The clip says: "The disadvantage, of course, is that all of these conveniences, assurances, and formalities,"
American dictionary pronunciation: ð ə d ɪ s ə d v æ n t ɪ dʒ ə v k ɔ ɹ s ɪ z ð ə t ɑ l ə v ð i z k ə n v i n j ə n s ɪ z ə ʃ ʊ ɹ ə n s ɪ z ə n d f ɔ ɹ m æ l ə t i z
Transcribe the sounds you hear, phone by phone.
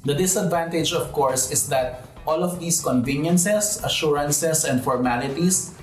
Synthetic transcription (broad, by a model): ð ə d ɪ s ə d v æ n t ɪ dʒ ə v k ɔ ɹ s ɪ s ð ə t ɑ l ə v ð i s k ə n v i n j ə n s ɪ s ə ʃ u ɹ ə n s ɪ s ə n d f ɔ ɹ m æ l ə t i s